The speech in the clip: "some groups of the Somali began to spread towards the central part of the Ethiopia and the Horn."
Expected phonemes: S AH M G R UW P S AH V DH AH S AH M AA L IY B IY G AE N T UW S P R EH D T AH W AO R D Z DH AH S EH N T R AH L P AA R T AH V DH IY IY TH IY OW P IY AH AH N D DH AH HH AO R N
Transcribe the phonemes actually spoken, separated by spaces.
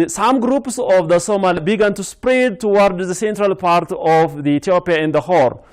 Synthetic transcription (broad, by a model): S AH M G R UW P S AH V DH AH S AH M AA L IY B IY G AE N T UW S P R EH D T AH W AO R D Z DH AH S EH N T R AH L P AA R T AH V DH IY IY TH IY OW P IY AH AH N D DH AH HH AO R